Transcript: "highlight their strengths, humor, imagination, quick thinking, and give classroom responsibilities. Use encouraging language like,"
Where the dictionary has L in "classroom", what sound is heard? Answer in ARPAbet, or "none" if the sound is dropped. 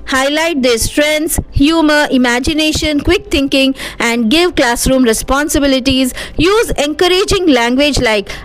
L